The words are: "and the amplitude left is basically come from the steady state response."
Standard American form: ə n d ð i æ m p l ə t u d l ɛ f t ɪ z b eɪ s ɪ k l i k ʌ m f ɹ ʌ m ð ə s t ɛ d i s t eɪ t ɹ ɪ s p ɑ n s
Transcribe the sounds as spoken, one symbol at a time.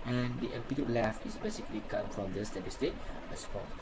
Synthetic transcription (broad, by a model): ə n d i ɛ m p ə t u l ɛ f ɪ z b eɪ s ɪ k l i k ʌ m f ɹ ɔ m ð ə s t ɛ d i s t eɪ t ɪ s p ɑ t